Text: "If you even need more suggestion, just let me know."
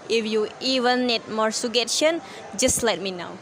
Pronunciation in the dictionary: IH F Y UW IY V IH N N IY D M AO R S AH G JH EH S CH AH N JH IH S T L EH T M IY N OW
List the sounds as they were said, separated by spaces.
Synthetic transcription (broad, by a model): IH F Y UW IY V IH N N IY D M AO R S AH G EH CH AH N JH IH S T L EH T M IY N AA